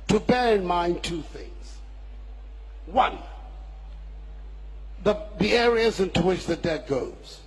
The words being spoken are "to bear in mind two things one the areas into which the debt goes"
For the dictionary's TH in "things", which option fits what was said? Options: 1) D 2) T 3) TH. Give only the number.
3